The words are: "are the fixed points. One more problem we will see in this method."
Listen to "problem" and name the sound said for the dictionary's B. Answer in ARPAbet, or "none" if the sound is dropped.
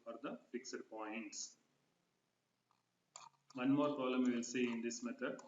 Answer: none